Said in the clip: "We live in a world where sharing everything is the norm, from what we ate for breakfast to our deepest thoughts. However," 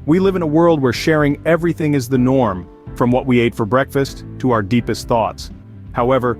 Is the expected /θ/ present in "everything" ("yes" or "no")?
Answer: yes